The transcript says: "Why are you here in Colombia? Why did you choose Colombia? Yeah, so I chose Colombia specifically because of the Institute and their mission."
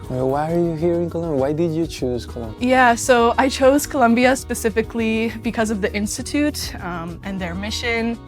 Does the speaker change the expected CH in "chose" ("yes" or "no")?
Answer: no